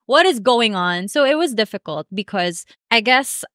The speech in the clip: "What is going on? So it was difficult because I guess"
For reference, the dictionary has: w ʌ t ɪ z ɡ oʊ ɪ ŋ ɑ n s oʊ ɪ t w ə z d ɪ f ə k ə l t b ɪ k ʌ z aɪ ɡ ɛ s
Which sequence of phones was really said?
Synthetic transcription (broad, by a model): w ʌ t ɪ z ɡ oʊ ɪ ŋ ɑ n s oʊ ɪ t w ə z d ɪ f ə k ə l t b ɪ k ʌ z aɪ ɡ ɛ s